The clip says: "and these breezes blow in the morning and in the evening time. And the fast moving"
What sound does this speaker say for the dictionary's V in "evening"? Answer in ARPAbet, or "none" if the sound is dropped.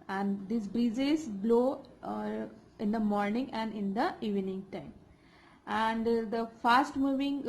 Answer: V